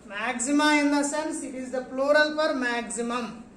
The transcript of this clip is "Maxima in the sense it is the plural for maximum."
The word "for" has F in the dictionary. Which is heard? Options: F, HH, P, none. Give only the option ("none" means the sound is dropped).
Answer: P